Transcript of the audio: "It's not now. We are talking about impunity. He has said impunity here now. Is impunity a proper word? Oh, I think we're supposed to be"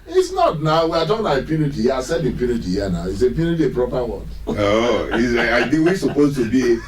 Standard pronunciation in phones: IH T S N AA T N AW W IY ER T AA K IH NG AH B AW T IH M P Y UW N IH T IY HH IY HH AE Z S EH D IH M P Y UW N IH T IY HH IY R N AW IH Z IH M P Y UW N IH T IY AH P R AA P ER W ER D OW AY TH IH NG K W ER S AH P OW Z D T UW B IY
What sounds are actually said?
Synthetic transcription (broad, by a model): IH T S N AA T N AW W IY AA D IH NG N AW IH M P Y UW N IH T IY HH IY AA S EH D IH P Y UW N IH T IY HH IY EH N AW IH S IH P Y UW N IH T IY AH P R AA P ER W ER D OW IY S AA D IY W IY S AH P OW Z T UW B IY